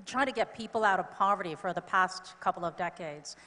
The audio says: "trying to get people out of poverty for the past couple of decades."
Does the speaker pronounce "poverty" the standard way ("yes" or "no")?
yes